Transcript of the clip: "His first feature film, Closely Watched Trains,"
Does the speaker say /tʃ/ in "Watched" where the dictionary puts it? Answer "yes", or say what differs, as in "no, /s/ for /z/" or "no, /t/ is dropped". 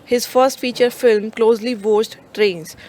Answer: no, /s/ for /tʃ/